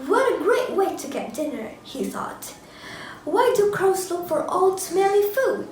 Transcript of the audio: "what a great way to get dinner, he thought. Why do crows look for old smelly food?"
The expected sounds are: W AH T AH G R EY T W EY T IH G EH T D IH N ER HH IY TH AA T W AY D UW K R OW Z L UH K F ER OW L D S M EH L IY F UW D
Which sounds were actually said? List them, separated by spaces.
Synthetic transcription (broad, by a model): W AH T AH G R EY T W EY T IH G EH T D IH N ER HH IY TH AA T W AY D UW K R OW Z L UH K F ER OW L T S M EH L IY F UW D